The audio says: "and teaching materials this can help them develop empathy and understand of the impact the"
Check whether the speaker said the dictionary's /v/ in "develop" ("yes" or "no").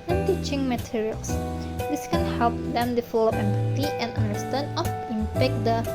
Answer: no